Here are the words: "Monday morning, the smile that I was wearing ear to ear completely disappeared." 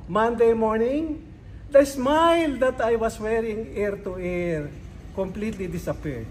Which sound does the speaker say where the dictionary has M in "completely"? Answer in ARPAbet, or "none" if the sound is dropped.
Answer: M